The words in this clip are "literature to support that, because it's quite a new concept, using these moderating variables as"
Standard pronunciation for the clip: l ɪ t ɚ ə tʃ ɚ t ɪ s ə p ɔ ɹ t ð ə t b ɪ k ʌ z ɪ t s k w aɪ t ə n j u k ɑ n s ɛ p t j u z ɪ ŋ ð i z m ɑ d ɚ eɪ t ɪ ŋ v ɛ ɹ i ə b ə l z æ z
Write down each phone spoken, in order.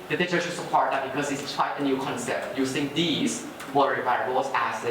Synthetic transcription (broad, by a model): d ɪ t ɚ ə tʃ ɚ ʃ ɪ s ə p ɔ ɹ t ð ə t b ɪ k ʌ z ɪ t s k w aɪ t ə n j u k ɑ n s ɛ p t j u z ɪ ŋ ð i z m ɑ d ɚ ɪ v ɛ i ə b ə z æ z